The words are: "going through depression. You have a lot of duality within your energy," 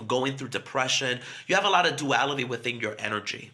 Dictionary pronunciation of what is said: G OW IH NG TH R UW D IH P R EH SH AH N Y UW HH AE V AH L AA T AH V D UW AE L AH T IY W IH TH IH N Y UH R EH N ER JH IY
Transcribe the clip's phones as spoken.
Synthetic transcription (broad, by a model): G OW IH NG TH R UW D IH P R EH SH AH N Y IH V AH L AA T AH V D UW AE L AH T IY W IH TH IH N Y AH R EH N ER JH IY